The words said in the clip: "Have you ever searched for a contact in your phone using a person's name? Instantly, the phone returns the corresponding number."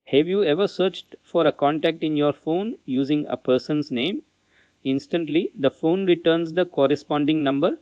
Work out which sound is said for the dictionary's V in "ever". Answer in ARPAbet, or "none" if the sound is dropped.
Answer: V